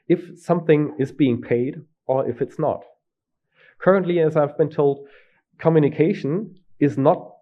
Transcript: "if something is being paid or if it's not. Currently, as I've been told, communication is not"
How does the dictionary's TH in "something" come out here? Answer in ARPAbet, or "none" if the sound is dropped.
TH